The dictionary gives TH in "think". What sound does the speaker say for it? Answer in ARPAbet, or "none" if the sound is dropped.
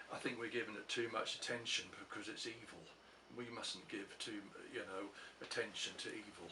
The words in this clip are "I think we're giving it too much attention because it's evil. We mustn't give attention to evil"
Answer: TH